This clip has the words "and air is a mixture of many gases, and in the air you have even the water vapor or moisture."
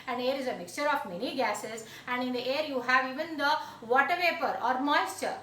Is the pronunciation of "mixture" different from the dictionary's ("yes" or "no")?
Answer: no